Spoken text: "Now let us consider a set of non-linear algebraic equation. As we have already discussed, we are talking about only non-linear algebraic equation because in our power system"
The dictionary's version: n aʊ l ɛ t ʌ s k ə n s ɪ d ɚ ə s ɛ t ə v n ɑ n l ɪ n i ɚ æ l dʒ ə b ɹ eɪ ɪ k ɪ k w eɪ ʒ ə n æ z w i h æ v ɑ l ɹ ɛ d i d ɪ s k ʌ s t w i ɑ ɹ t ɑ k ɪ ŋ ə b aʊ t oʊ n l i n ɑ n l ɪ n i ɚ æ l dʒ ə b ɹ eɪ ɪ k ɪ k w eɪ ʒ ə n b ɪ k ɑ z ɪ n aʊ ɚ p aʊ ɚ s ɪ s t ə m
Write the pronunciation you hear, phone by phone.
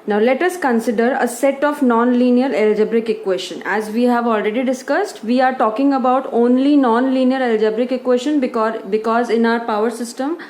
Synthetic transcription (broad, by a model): n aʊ l ɛ t ʌ s k ə n s ɪ d ɚ ə s ɛ t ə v n ɑ n l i n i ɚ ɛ l dʒ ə b ɹ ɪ k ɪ k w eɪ ʃ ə n æ z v i h æ v ɑ l ɹ ɛ d i d ɪ s k ʌ s t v i ɑ ɹ t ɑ k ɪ ŋ ə b aʊ t oʊ n l i n ɑ n l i n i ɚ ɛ l dʒ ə b ɹ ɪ k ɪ k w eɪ ʃ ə n b ɪ k ɑ z ɪ n aʊ ɚ p aʊ ɚ s ɪ s t ə m